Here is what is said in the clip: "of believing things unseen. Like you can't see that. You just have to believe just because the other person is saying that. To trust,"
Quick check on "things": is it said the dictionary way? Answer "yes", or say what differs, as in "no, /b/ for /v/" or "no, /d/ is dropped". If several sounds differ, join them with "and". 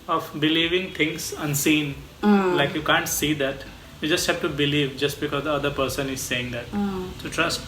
no, /t/ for /θ/